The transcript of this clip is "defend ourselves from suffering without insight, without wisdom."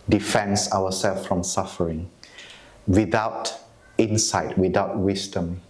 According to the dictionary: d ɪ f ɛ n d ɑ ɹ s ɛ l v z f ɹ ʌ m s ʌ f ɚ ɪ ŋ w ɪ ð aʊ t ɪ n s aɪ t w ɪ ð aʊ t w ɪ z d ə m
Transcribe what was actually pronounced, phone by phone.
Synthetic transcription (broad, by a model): d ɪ f ɛ n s ɑ w s ɛ l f f ɹ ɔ m s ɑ f ɚ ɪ ŋ w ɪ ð aʊ t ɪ n s aɪ t w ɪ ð aʊ t w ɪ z d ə m